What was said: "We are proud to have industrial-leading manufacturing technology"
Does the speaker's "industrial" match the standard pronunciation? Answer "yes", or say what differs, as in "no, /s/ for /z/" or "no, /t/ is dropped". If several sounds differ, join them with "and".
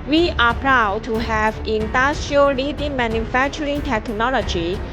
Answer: no, /ɹ/ is dropped